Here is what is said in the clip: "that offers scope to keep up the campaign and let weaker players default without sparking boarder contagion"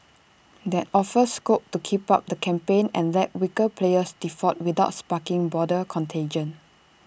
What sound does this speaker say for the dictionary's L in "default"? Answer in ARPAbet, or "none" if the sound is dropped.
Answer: none